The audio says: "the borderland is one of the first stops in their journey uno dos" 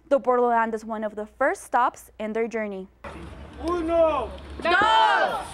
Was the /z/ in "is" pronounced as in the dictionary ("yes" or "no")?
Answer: yes